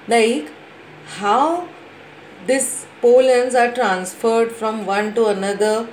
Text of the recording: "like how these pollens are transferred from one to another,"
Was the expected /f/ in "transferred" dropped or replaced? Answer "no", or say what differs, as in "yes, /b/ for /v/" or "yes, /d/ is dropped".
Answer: no